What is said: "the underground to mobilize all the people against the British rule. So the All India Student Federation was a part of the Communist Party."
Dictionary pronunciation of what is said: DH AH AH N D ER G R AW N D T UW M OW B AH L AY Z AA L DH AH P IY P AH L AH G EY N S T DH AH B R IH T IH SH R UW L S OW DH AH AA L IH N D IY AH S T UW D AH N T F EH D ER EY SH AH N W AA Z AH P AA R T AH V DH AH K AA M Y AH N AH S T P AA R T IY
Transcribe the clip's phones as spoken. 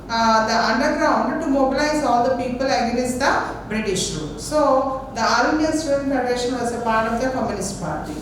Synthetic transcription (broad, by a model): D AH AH N D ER G R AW N D T UW M OW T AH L AY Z AA L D AH P IY P AH L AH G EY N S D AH B R IH T IH SH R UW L S OW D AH AA L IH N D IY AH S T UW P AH T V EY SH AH N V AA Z AH P AA R T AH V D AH K AA M Y AH N AH S T P AA R T IY